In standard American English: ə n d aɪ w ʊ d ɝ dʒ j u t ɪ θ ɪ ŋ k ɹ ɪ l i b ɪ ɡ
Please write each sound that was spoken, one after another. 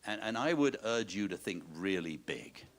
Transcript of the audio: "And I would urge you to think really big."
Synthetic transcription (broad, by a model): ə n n aɪ w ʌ d ɝ dʒ j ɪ t ɪ θ ɪ ŋ k ɹ ɪ l i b ɪ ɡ